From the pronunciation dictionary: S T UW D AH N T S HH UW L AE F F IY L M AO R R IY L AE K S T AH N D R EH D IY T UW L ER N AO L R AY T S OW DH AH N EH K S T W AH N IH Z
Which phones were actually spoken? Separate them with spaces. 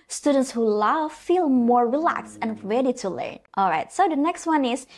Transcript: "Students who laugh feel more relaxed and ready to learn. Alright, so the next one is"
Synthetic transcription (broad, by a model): S T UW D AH N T S HH UW L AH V F IY L M AO R R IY L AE K S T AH N R EH D IY T UW L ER N AO L R AY T S OW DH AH N EH K S T W AH N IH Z